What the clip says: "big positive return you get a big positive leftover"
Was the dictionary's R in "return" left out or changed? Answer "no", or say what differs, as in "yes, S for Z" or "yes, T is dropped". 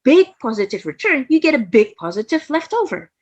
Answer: no